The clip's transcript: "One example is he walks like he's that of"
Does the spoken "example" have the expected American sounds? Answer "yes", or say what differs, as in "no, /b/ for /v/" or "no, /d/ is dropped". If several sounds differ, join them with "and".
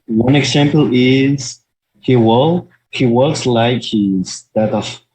no, /w/ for /l/